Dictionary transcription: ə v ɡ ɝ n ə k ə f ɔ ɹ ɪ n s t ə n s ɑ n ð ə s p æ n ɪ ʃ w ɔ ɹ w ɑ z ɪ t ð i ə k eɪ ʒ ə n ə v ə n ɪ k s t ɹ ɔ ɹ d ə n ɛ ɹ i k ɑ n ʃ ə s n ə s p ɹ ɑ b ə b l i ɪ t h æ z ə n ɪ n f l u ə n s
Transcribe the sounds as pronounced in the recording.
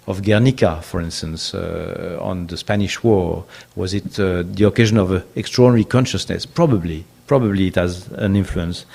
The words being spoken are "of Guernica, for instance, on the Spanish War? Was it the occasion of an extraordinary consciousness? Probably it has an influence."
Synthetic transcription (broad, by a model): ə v ɡ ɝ n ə k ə f ɔ ɹ ɪ n s t ə n s ɑ n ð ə s p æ n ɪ ʃ w ɔ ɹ w ɑ z ɪ t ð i ə k eɪ ʒ ə n ə v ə k s t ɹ ɔ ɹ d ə n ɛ ɹ i k ɑ n ʃ ə s n ə s p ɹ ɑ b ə b l i ɪ t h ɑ z ə n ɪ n f l u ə n s